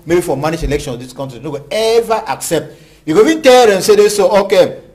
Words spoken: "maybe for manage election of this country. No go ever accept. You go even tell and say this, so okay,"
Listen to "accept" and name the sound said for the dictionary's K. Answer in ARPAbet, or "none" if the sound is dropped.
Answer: K